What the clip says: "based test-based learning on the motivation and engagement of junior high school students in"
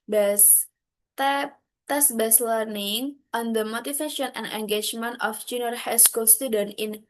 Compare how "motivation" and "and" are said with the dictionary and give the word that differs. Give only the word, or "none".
motivation